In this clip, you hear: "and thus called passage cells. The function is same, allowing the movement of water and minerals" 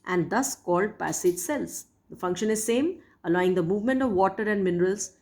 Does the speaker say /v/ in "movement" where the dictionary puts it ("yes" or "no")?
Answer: yes